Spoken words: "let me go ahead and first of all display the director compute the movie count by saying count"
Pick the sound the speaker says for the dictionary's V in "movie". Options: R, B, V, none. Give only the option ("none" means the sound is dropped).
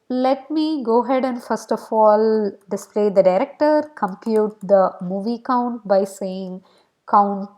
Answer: V